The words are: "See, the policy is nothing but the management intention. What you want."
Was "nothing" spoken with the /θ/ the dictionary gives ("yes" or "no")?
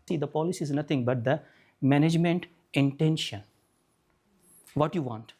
no